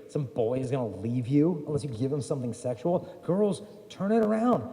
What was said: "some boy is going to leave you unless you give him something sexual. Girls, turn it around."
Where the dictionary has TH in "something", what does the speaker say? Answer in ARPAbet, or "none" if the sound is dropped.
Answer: TH